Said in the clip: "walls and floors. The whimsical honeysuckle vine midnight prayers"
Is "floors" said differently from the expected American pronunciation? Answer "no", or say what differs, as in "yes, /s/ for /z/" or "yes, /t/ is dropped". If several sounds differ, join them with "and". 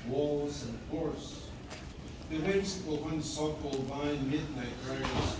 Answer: yes, /l/ is dropped and /s/ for /z/